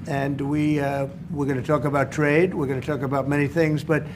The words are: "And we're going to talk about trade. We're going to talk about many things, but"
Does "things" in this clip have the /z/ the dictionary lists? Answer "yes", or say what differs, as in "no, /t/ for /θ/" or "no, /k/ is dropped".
yes